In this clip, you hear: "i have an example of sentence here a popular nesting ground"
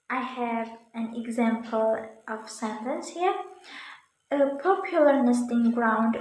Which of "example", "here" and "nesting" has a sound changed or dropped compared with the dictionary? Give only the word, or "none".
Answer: none